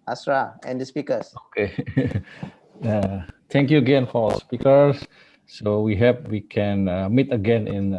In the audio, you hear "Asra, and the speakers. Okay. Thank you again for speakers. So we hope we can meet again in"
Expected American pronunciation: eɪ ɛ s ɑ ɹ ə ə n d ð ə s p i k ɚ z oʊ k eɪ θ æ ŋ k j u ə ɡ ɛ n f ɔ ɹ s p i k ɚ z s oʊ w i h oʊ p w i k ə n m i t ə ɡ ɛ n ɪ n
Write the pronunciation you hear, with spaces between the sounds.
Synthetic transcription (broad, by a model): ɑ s ɹ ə ə n d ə s p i k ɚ s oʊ k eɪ t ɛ ŋ k j u ə ɡ ɛ n f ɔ l s p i k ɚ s s oʊ w i h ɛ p w i k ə n m i t ə ɡ ɛ n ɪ n